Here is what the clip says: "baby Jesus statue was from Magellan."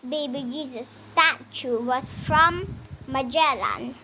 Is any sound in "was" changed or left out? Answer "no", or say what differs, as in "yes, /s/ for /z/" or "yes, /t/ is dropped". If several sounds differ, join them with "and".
yes, /s/ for /z/